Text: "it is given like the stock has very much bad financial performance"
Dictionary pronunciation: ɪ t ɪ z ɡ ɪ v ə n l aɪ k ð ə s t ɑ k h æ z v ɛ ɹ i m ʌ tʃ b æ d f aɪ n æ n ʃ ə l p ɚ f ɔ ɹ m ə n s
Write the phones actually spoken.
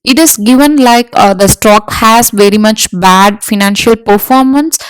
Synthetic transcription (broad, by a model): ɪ t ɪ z ɡ ɪ v ə n l aɪ k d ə s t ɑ k h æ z v ɛ ɹ i m ʌ tʃ b æ d f aɪ n æ n ʃ ə l p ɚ f ɔ ɹ m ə n s